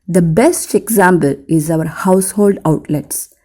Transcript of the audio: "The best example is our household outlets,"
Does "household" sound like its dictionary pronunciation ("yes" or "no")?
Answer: yes